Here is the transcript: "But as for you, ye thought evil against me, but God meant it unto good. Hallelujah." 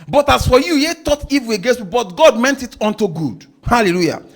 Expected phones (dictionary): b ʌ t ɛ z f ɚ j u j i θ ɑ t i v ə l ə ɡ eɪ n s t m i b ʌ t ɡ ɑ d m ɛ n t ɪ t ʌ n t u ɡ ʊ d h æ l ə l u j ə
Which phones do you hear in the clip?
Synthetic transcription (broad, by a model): b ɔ t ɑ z f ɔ j u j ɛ t ɑ t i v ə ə ɡ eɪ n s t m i b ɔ t ɡ ɑ d m ɛ n t ɪ t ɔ n t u ɡ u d h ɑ l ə l u j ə